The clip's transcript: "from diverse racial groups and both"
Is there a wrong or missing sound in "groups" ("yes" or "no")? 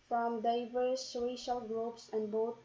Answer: no